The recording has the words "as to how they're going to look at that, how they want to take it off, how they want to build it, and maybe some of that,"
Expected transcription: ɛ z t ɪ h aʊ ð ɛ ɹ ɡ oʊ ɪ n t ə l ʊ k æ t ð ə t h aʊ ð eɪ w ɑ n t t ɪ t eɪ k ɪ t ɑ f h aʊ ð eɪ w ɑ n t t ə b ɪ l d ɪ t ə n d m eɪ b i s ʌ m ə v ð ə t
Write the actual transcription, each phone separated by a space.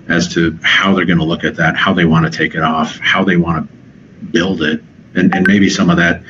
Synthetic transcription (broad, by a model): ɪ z t ɪ h aʊ ð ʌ ɹ ɡ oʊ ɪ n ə l ʊ k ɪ t ð ə t h aʊ ð eɪ w ɑ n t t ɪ t eɪ k ɪ t ɑ f h aʊ ð eɪ w ɑ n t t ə b ɪ l d ɪ t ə n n m eɪ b i s ʌ m ə v ð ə t